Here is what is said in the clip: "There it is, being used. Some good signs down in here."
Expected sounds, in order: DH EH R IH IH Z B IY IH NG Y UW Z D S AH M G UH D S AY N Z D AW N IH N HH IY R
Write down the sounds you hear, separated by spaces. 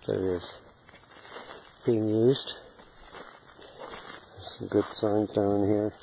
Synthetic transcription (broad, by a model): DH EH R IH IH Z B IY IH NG Y UW Z D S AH G UH D S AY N D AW IH N HH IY R